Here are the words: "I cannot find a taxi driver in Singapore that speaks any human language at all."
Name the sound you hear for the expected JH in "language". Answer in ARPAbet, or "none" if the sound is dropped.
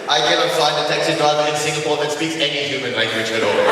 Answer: none